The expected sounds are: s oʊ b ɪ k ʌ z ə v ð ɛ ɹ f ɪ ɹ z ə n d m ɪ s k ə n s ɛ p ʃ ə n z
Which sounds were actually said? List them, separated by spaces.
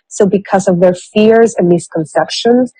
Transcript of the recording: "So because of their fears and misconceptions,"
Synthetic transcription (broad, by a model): s oʊ b ɪ k ʌ z ə v ð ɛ ɹ f ɪ ɹ z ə n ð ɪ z k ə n s ɛ p ʃ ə n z